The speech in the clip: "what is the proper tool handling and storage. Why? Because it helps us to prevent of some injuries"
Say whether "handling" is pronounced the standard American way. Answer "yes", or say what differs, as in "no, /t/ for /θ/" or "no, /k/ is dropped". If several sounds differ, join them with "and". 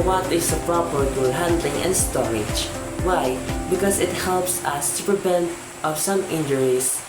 yes